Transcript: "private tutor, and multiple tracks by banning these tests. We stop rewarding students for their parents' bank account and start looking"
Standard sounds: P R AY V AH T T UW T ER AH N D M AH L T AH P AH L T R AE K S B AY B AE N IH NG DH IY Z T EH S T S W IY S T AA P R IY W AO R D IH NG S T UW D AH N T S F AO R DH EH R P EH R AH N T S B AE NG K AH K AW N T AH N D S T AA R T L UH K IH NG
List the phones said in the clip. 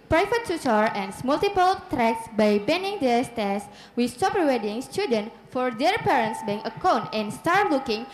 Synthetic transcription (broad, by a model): P R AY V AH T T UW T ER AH N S M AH L T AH P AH L T R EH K S B AY B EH N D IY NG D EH S T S W IY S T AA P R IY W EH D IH NG S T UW D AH N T F AO R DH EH R P EH R AH N T S B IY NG AH K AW N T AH N S T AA R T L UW K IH NG